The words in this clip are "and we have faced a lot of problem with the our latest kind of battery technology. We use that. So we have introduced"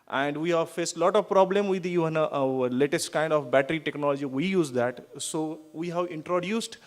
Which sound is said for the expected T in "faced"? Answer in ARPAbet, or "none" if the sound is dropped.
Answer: T